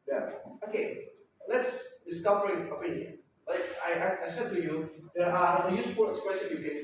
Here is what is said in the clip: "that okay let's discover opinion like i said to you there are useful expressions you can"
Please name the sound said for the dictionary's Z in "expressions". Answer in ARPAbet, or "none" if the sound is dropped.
none